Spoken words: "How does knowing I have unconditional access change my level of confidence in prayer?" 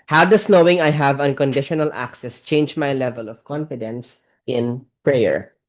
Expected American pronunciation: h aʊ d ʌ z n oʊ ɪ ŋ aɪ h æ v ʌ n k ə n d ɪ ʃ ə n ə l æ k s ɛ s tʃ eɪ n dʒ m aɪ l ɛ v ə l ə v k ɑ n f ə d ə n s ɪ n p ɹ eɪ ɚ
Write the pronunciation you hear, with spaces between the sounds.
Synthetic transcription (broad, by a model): h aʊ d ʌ s n oʊ ɪ ŋ aɪ h æ v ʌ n k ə n d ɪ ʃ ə n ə l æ k s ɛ s tʃ eɪ n dʒ m aɪ l ɛ v ə l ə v k ɑ n f ə d ə n s ɪ n p ɹ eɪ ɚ